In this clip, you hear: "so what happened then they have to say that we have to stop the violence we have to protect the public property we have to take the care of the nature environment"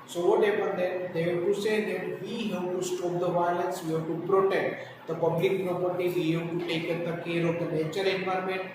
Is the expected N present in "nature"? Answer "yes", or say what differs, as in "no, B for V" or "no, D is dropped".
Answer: no, L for N